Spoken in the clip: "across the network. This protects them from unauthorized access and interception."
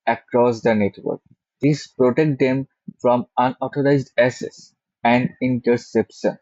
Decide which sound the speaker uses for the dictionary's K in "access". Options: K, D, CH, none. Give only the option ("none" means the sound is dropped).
none